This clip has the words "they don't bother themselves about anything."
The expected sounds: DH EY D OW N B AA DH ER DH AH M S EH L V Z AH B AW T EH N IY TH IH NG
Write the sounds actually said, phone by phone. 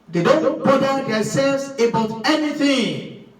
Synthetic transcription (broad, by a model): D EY D OW N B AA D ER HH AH S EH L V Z AH B AW T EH N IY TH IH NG